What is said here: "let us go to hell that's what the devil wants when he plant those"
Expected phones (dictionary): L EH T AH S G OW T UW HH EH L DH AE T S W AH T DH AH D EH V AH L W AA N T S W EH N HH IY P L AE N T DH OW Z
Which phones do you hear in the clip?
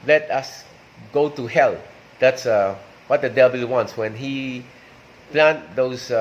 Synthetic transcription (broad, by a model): L EH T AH S G OW T UW HH EH L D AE T S W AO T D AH D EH B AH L W AA N T S W EH N HH IY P L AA N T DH OW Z